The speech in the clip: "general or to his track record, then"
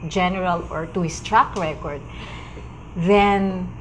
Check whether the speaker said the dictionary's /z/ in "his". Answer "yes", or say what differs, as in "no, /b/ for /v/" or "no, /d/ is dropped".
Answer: no, /s/ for /z/